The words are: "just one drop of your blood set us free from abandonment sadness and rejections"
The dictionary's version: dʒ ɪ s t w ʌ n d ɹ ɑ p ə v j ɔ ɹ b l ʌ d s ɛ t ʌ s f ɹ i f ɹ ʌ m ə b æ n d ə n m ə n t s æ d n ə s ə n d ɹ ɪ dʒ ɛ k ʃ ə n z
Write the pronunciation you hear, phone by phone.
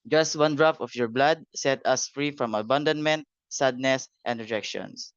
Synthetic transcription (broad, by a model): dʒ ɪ s t w ʌ n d ɹ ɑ f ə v j ɔ ɹ b l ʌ d s ɛ t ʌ s f ɹ i f ɹ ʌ m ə b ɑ n d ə n m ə n t s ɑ d n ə s ə n d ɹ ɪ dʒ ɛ k ʃ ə n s